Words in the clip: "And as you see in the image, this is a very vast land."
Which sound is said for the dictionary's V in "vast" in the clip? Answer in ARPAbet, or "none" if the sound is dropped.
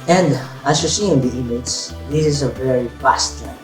F